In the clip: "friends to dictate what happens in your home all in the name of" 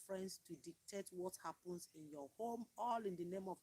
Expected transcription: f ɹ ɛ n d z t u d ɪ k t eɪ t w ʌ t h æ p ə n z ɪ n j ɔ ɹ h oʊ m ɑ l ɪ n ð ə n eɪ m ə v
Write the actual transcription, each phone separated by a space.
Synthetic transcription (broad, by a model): f ɹ ɛ n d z t u d ɪ k t eɪ t w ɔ t h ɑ p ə n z ɪ n j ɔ h oʊ m ɑ l ɪ n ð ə n eɪ m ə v